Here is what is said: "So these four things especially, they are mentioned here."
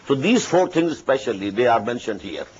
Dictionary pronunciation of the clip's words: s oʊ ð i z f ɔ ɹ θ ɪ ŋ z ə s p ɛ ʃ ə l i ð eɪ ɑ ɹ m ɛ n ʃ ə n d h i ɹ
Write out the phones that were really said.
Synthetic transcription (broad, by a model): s oʊ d i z f ɔ ɹ t ɪ ŋ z ə s p ɛ ʃ ə l i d eɪ ɑ ɹ m ɛ n ʃ ə n d h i ɹ